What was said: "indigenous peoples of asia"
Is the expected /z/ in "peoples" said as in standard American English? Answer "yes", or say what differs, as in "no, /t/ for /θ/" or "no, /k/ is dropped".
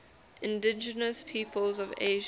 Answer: yes